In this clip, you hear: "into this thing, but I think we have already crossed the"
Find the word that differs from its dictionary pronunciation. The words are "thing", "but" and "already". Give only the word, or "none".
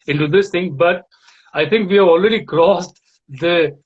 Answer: thing